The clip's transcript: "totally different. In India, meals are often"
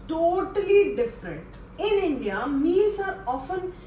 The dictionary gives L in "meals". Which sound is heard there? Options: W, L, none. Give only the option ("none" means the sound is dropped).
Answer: none